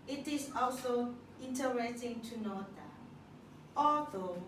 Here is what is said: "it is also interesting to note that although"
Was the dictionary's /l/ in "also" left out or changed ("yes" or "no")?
no